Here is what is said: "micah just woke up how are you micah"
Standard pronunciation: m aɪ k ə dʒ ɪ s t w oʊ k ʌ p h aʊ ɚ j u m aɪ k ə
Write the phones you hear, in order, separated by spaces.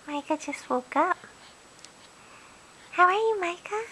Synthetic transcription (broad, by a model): m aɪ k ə tʃ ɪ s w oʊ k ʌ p h aʊ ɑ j m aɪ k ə